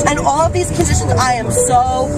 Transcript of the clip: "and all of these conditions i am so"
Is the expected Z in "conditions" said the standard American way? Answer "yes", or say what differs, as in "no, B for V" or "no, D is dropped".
yes